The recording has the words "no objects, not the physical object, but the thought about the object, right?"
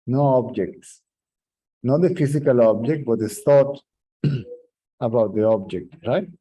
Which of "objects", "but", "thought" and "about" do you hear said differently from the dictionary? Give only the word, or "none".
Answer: thought